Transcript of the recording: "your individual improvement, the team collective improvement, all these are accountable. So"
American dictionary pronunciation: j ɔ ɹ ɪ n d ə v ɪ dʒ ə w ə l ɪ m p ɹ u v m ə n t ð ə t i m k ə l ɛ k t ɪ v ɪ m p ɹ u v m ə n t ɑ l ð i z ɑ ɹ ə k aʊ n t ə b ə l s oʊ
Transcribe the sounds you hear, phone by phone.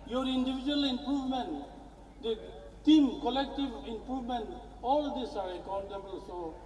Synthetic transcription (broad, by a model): j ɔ ɹ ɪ n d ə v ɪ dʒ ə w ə l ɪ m p ɹ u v m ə n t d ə t i m k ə l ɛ k t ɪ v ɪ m p ɹ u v m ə n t ɑ l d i s ɑ ɹ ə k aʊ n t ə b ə l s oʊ